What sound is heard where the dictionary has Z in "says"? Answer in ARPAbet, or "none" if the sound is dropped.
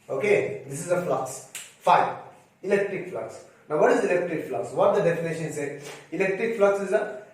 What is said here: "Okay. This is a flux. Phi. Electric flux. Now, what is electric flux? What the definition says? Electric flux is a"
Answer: none